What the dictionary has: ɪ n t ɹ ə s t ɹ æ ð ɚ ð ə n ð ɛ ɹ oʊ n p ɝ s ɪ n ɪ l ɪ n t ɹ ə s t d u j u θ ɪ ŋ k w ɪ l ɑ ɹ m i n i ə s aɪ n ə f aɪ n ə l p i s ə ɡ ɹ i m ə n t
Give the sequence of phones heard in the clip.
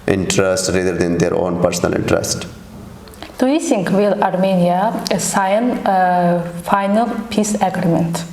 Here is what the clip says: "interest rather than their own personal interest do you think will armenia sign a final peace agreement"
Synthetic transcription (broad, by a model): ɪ n t ɹ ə s t ɹ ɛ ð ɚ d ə n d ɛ ɹ oʊ n p ɝ s ɪ n ɪ l ɪ n t ɹ ə s t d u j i s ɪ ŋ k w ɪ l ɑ ɹ m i n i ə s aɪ n f aɪ n ə l p i s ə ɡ ɹ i m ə n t